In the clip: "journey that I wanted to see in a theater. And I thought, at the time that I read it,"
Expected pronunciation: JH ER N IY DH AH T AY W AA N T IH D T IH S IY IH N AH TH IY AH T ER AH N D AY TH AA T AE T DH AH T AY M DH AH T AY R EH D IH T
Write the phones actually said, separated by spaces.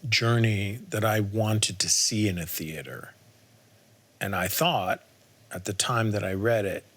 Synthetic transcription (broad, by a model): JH ER N IY DH AH T AY W AA N T IH D T IH S IY IH N AH TH IY AH T ER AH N AY TH AA T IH T DH AH T AY M DH AH T AY R EH D IH T